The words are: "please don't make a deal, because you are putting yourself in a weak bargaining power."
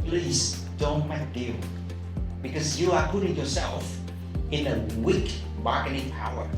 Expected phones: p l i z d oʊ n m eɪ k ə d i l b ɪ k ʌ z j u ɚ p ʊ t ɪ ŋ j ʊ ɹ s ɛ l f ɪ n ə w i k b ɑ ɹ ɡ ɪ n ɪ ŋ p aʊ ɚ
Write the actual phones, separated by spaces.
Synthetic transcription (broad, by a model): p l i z d oʊ n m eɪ ə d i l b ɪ k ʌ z j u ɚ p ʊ t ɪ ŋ j ʊ ɹ s ɛ l f ɪ n ə w i k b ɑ ɹ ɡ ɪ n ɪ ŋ p aʊ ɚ